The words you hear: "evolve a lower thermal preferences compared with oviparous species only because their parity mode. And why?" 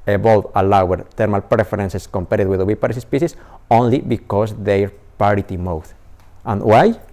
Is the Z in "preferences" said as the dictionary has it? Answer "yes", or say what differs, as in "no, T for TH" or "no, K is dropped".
no, S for Z